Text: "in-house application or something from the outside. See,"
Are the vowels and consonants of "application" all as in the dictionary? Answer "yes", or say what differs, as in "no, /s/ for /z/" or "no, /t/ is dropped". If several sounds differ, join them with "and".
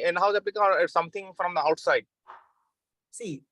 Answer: no, /l/ is dropped and /ʃ/ is dropped